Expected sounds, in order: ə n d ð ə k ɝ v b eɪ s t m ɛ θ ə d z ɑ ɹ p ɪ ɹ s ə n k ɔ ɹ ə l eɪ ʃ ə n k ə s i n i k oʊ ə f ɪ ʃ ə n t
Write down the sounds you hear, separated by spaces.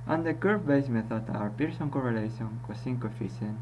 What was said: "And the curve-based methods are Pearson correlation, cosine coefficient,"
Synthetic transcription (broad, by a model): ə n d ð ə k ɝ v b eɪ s m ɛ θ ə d ɑ ɹ p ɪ ɹ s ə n k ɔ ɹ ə l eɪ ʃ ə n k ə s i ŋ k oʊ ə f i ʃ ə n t